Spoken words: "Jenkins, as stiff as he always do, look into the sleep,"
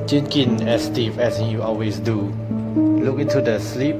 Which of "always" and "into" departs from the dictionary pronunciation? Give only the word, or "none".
always